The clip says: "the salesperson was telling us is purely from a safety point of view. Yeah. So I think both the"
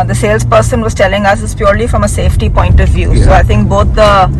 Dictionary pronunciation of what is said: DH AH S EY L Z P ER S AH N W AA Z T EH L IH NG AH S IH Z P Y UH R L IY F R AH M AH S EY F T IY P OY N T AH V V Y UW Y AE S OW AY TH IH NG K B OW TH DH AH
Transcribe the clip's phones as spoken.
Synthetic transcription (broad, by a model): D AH S EY L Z P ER S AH N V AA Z T EH L IH NG AH S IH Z P Y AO R L IY F R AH M AH S EY F T IY P OY N T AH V V Y UW S OW AY T IH NG K B OW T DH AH